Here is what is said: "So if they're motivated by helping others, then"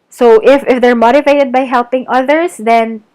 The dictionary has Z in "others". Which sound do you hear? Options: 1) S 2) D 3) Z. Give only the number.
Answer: 1